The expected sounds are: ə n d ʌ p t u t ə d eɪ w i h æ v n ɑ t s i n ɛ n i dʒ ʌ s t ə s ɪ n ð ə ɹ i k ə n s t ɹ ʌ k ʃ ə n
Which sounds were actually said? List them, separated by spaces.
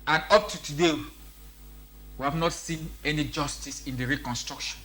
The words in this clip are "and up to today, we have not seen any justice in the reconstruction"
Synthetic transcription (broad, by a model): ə n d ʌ p t u t ə d eɪ w i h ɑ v n ɑ t s i n ɛ n i dʒ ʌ s t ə s ɪ n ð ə ɹ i k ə n s t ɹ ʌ k ʃ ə n